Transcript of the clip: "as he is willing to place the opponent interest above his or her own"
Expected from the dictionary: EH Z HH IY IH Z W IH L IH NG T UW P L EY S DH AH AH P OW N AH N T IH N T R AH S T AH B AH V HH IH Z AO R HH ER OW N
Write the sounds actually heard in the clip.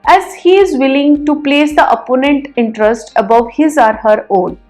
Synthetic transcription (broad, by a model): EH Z HH IY IH Z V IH L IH NG T UW P L EY S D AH AH P OW N AH N T IH N T R AH S T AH B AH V HH IH Z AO R HH ER OW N